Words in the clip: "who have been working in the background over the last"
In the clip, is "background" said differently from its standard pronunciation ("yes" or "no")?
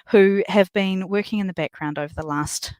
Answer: no